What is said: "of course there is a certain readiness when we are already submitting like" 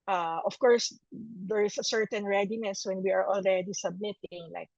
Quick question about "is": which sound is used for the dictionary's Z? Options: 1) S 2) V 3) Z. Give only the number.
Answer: 1